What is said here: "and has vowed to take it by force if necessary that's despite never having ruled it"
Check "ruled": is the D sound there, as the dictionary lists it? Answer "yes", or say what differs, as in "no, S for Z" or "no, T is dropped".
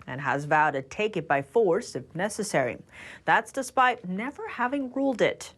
yes